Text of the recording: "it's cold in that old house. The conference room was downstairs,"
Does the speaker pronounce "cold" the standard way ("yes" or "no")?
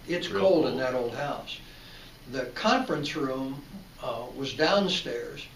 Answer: yes